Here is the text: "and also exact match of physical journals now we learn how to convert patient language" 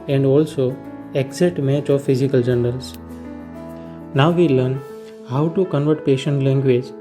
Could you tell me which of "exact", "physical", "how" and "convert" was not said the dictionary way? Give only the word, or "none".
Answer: exact